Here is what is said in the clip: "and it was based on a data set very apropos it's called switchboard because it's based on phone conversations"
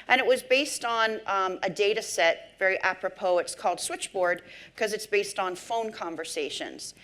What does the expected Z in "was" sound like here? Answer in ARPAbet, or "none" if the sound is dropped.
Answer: Z